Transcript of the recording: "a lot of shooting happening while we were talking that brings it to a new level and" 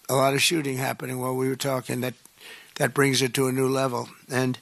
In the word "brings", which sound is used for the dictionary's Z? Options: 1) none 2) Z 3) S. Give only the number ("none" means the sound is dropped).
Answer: 2